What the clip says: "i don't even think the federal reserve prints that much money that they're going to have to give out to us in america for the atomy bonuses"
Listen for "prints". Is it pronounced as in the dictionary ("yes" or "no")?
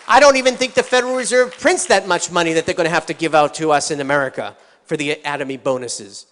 yes